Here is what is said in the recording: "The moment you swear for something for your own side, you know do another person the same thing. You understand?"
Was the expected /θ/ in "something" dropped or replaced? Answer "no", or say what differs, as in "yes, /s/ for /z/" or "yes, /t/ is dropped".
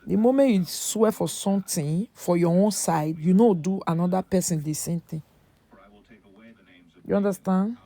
yes, /t/ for /θ/